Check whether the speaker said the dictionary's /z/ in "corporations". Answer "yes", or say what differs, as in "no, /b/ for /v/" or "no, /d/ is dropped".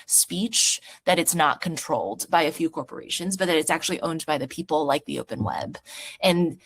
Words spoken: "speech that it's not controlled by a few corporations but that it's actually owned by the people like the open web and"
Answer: yes